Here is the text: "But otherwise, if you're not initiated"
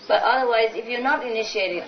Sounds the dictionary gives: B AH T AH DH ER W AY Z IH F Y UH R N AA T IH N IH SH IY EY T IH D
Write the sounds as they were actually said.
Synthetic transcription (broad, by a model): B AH T AH DH ER W AY Z IH F Y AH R N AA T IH N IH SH IY EY T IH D